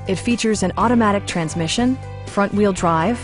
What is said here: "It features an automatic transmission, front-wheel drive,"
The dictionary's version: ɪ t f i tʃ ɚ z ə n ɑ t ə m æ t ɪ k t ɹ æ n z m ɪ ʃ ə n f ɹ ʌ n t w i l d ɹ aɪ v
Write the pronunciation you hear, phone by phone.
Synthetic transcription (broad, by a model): ɪ t f i tʃ ɚ z ə n ɑ t ə m æ t ɪ k t ɹ æ n z m ɪ ʃ ə n f ɹ ʌ n t w i l d ɹ aɪ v